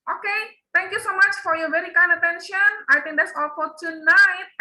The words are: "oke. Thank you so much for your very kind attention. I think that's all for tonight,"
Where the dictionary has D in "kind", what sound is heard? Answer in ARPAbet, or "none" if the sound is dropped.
none